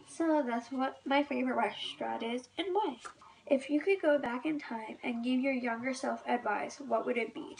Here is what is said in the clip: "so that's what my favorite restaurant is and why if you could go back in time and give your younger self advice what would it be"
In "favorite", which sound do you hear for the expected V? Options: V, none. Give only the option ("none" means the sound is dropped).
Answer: V